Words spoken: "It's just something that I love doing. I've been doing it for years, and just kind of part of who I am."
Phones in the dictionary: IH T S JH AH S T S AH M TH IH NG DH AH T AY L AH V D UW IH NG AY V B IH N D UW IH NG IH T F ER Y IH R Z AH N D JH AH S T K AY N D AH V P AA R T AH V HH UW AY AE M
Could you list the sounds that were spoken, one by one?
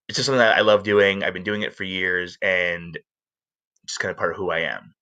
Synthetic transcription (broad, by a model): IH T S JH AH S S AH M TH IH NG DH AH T AY L AH V D UW IH NG AY V B IH N D UW IH NG IH T F ER Y IH R Z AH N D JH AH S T K AY N D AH P AA R T AH V HH UW AY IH M